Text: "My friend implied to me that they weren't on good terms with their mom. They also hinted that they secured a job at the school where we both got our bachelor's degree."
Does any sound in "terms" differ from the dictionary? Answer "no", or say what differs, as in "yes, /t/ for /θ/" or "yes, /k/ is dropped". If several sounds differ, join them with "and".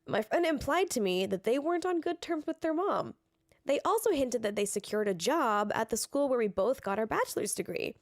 no